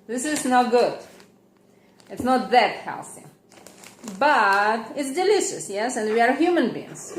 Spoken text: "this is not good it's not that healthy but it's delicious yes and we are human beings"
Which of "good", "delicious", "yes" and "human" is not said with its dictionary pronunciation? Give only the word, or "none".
none